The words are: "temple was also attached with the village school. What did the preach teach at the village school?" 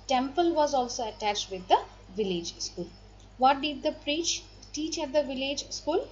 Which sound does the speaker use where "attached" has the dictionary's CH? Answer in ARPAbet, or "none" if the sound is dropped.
CH